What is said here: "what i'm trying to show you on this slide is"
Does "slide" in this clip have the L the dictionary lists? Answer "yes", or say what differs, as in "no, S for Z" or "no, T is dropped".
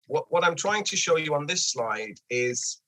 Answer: yes